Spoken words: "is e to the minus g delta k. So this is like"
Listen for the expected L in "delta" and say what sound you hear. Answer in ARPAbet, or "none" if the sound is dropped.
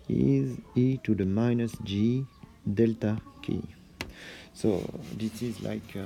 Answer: L